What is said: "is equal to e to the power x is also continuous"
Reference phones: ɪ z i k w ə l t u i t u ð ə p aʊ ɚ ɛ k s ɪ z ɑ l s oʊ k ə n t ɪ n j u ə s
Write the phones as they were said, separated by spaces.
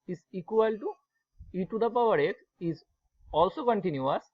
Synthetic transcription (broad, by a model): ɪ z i k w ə l t u i t u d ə p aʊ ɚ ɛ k ɪ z ɑ l s oʊ k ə n t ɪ n j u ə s